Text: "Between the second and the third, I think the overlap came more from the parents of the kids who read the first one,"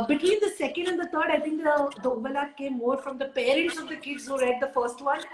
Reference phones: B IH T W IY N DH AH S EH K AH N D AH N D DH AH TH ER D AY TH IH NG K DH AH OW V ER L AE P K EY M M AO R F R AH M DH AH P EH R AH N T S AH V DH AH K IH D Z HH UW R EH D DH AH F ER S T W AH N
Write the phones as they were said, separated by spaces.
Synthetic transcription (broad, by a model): B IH T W IY N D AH S EH K AH N D AH N D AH T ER D AY T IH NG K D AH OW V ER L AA K EY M M AO R F R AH M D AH P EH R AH T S AH V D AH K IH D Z HH UW R EH D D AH F ER S T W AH N